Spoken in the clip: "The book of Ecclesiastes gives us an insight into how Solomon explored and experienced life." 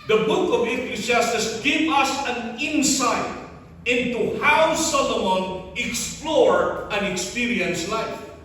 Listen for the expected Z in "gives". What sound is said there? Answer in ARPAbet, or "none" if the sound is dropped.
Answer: none